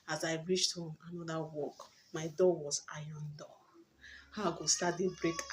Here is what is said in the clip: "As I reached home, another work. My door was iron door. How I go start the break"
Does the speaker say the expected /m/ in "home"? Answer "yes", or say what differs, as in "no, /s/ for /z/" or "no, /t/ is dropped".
no, /m/ is dropped